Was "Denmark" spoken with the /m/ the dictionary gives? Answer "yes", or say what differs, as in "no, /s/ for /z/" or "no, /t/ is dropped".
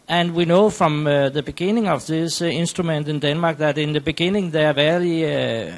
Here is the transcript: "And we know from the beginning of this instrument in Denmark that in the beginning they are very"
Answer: yes